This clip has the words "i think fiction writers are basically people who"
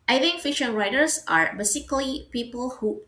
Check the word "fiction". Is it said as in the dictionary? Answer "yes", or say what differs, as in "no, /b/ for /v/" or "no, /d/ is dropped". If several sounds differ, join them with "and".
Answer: no, /k/ is dropped